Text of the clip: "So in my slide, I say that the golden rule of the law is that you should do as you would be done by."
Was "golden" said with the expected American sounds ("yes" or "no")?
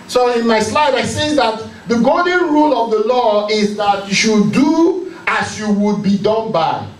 no